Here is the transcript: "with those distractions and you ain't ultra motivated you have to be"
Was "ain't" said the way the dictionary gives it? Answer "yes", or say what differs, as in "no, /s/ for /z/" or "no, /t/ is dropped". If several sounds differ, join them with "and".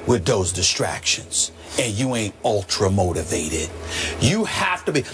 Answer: yes